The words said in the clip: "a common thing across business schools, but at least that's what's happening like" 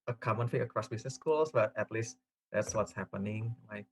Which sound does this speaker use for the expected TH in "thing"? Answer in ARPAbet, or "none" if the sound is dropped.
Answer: F